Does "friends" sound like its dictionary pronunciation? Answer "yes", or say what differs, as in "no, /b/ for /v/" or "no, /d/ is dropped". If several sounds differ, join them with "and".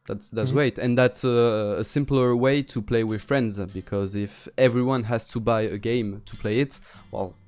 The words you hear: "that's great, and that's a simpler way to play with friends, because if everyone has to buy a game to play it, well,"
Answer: yes